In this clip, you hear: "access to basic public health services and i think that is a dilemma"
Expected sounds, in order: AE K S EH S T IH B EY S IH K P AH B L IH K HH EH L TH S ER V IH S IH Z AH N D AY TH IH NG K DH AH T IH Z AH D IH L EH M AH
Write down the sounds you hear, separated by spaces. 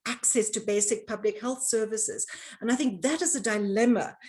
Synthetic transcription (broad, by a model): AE K S EH S T IH B EY S IH K P AH B L IH K HH EH L TH S ER V IH S IH Z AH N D AY TH IH NG K DH AH T IH Z AH D IH L EH M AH